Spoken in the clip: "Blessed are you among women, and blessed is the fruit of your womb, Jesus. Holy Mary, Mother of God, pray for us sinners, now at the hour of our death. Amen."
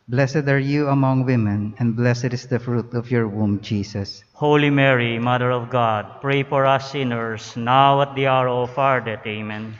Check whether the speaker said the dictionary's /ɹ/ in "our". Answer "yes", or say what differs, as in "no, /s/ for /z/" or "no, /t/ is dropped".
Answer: yes